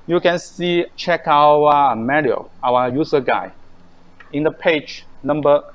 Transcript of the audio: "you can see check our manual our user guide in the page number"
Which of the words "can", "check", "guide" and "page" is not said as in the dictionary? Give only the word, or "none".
guide